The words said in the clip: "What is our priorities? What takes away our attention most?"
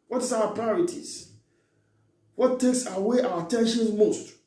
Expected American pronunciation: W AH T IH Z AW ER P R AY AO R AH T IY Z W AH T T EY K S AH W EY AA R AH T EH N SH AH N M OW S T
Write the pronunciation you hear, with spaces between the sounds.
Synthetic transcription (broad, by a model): W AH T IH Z AW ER P R AY AO R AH T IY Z W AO T T EY K S AH W EY AA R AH T EH N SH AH N M OW S T